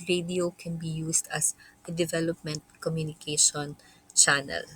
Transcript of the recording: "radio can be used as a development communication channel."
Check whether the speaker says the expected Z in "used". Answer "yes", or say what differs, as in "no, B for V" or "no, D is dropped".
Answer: no, S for Z